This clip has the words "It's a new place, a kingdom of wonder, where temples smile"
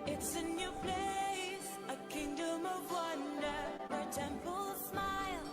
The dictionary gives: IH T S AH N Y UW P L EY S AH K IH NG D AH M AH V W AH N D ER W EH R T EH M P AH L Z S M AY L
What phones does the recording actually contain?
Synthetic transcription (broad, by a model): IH T S AH N Y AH P L EY S AH K IH NG D AH M AH V W AH N D ER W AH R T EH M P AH L S M AY L